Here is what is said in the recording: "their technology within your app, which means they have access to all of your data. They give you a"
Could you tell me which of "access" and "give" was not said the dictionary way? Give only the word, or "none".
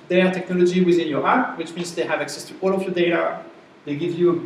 none